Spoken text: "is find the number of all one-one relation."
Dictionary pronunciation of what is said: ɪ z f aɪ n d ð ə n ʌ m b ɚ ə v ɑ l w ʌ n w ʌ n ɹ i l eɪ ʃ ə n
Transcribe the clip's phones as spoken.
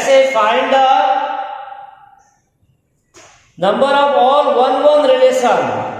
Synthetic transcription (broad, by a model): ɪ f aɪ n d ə n ʌ m b ɚ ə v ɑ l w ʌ n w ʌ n ɹ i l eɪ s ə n